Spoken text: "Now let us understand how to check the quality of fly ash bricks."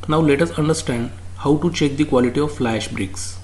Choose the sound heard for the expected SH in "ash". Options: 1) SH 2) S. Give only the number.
1